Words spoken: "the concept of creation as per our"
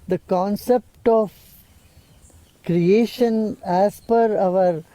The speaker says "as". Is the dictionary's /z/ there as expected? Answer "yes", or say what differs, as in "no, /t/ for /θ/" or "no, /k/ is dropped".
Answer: no, /s/ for /z/